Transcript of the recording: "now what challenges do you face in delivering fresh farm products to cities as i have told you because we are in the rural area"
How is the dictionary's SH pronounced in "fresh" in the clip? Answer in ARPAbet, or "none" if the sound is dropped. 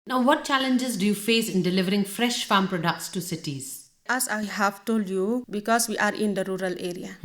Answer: SH